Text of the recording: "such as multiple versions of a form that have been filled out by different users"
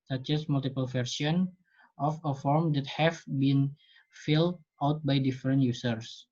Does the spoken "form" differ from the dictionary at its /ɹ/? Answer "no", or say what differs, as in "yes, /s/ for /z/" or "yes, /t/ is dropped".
no